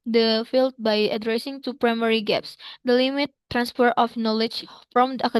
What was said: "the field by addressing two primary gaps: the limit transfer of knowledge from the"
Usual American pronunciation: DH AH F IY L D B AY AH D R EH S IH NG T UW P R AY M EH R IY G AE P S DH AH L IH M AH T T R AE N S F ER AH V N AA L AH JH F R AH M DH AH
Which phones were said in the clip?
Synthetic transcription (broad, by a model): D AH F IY L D B AY AH D R EH S IH NG T UW P R AY M EH R IY G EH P S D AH L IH M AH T T R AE N S P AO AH F N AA L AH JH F R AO M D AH